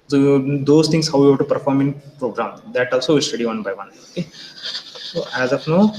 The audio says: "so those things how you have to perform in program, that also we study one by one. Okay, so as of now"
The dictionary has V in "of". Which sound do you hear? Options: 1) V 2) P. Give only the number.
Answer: 2